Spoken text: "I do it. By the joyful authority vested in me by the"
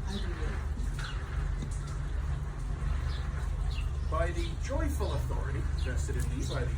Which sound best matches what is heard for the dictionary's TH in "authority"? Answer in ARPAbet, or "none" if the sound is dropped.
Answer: TH